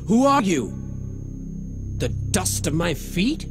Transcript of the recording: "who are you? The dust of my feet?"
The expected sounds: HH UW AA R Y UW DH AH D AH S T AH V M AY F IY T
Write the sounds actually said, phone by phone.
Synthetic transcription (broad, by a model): HH UW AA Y Y UW DH AH D AH S T AH V M AY F IY T